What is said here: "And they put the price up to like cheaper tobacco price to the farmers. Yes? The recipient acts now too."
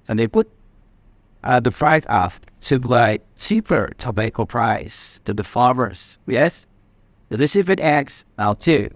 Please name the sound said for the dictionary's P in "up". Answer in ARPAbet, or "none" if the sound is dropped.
F